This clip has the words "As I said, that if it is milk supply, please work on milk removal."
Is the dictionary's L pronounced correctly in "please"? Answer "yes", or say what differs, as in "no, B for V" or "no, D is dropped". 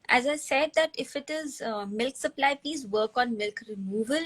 no, L is dropped